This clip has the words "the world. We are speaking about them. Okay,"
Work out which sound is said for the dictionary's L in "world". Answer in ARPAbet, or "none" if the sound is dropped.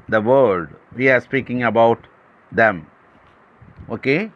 none